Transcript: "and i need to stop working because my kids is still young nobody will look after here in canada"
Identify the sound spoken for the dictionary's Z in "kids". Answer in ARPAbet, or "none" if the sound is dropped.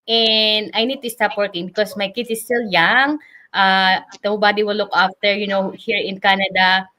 none